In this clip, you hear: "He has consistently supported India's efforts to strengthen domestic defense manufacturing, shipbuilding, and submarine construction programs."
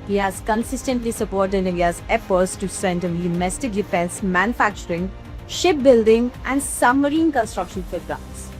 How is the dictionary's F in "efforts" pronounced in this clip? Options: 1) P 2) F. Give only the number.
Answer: 1